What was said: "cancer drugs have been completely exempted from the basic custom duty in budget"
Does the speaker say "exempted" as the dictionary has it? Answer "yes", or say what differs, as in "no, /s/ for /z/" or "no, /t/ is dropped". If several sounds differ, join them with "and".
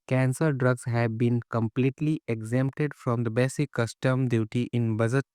yes